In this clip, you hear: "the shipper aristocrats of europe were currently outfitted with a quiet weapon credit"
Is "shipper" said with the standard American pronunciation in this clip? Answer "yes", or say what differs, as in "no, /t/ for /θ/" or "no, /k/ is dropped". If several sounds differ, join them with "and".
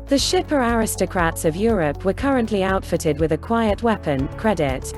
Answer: yes